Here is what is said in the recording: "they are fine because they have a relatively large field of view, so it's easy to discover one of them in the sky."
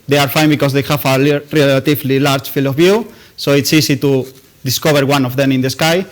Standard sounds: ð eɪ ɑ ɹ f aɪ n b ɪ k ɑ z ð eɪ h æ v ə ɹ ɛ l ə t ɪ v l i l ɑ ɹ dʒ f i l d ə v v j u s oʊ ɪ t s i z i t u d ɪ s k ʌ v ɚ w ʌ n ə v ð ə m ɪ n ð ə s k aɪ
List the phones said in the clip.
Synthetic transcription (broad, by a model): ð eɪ ɑ ɹ f aɪ n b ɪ k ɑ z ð eɪ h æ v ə ɹ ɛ l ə t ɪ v l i l ɑ ɹ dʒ f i l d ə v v j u s oʊ ɪ t s i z i t u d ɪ s k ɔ b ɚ w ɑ n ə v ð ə m ɪ n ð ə s k aɪ